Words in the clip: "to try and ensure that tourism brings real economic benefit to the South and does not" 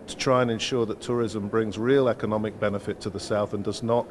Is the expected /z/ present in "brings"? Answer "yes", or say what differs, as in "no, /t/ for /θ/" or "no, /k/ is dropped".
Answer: yes